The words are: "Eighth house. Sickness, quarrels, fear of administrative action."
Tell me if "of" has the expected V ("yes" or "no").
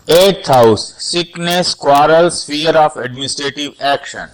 no